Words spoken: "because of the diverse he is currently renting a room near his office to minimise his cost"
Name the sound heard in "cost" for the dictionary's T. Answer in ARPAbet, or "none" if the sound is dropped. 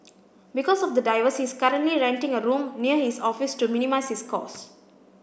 none